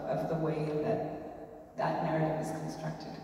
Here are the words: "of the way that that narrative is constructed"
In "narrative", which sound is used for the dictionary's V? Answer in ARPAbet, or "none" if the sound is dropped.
V